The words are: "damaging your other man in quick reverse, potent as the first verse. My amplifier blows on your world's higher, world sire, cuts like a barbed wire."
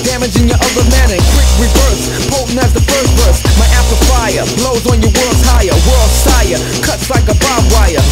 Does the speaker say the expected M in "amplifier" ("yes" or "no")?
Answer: no